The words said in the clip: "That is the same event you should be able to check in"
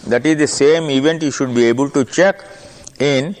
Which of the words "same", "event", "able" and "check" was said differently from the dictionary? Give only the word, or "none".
none